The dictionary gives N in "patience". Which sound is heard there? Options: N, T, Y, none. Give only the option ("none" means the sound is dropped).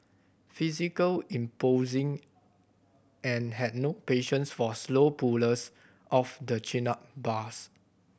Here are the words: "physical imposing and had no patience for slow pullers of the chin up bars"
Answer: N